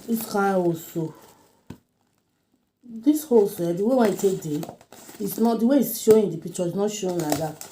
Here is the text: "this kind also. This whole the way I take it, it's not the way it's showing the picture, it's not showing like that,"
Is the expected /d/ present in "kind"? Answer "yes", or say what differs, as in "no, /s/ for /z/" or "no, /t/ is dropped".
no, /d/ is dropped